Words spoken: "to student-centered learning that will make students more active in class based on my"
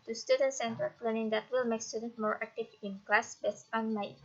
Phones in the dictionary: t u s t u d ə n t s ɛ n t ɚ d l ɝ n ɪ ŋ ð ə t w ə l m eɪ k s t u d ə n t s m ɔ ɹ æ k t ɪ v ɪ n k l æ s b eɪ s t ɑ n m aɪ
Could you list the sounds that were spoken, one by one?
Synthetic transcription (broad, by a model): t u s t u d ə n s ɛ n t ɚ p l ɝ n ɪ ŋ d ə t w ə l m eɪ k s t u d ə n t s m ɔ ɹ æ k t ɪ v ɪ n k l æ s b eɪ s ɑ n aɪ